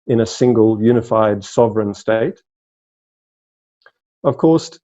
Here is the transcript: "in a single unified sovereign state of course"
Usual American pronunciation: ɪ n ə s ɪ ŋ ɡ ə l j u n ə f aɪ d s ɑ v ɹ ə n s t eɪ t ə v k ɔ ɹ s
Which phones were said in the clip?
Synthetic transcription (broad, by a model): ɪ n ə s ɪ ŋ ɡ ə l j u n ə f aɪ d s ɑ v ɹ ə n s t eɪ t ə v k ɔ ɹ s